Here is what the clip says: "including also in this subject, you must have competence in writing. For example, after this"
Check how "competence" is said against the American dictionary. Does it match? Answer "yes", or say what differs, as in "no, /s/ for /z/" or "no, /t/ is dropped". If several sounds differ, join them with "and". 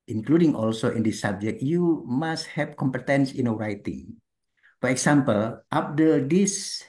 yes